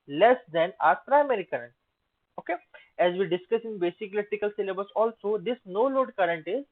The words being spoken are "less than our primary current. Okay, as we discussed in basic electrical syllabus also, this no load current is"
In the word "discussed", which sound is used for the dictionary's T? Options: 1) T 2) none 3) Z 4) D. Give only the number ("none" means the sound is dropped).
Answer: 2